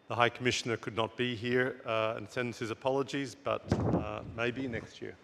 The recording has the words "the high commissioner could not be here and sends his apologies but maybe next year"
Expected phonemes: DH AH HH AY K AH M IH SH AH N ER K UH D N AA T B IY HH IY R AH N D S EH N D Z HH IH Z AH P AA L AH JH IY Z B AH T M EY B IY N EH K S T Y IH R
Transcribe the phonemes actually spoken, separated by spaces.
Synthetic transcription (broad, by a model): DH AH HH AY K AH M IH SH AH N ER K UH D N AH T B IY HH IY R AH N S EH N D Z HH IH Z AH P AA L AH JH IY Z B AH T M EY B IY N EH K S T Y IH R